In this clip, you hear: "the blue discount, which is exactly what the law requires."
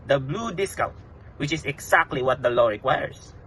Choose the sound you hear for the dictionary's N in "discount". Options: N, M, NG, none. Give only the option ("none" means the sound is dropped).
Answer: none